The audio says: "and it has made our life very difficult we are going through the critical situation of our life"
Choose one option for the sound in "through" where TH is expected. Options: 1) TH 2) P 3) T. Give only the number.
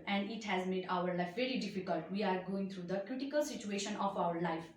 3